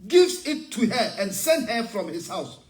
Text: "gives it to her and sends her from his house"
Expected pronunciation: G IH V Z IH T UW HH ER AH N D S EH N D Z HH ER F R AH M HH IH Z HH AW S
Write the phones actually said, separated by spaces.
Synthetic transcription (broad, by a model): G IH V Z IH T UW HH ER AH N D S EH N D HH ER F R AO M HH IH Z HH AW S